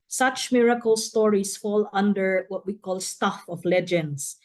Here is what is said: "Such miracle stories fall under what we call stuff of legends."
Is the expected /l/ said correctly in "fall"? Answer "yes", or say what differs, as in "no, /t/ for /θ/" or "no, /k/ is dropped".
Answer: yes